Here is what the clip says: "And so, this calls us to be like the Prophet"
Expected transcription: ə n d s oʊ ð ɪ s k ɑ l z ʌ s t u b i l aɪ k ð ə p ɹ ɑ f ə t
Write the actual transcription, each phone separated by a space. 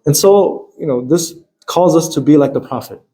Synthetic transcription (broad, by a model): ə n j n oʊ ð ɪ s k ɑ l z ʌ s t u b i l aɪ k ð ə p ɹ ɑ f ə t